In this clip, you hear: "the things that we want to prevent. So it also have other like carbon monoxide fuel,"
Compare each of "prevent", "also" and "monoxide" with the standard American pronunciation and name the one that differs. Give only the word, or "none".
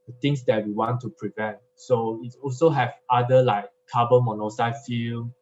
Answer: monoxide